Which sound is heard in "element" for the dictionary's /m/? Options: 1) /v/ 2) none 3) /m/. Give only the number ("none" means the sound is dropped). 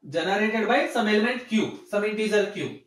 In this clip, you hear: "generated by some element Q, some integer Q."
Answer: 3